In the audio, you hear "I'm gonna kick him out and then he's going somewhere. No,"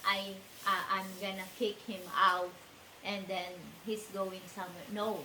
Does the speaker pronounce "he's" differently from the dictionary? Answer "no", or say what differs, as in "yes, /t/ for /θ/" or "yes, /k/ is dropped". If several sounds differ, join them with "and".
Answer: yes, /s/ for /z/